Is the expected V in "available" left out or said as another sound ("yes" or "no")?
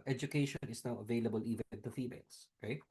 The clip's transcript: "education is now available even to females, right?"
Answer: no